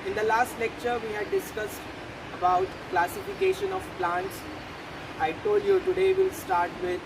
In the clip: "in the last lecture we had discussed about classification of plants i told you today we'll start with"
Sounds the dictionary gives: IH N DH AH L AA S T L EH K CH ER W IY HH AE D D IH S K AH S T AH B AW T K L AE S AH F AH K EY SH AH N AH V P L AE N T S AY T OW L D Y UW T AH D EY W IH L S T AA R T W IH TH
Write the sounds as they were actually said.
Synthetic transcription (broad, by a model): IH N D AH L AA S T L EH K CH ER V IY HH AE D D IH S K AH S T AH B AW T K L AE S AH F AH K EY SH AH N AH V P L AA N T S AY T OW L D Y UW T AH D EY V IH L S T AA R T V IH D